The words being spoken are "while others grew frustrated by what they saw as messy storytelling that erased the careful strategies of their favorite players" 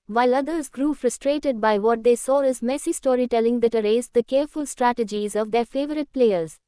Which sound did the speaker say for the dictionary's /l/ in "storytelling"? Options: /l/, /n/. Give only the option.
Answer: /l/